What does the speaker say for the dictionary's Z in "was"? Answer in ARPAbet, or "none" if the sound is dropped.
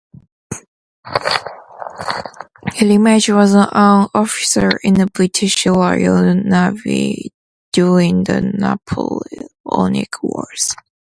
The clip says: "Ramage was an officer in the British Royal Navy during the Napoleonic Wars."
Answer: Z